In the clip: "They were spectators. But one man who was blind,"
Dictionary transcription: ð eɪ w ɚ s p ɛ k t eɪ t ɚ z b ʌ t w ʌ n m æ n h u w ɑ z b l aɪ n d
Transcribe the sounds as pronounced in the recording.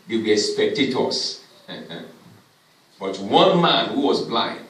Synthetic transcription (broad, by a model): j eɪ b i s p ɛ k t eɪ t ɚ s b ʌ t w ʌ n m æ n h u w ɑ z b l aɪ n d